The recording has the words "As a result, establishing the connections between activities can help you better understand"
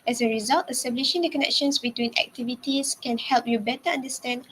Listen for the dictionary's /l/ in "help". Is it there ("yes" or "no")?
yes